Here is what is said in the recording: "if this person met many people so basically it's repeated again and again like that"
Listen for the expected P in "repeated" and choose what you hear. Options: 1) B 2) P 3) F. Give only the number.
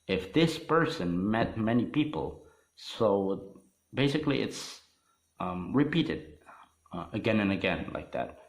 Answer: 2